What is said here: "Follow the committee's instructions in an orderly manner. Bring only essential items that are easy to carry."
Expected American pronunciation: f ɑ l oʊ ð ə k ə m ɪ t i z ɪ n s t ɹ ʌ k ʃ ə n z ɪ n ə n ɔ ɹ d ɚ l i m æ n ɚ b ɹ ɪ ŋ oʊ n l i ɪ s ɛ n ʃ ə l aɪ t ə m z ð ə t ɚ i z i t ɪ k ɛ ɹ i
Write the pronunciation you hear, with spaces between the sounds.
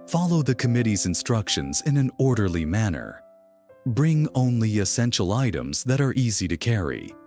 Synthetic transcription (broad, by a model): f ɑ l oʊ ð ə k ə m ɪ t i z ɪ n s t ɹ ʌ k ʃ ə n z ɪ n ə n ɔ ɹ d ɚ l i m æ n ɚ b ɹ ɪ ŋ oʊ n l i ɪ s ɛ n ʃ l aɪ t ə m z ð ə t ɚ i z i t ɪ k ɛ ɹ i